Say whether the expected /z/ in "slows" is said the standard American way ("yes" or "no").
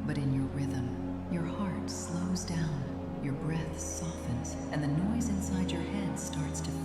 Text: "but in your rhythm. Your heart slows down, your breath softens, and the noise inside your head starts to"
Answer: yes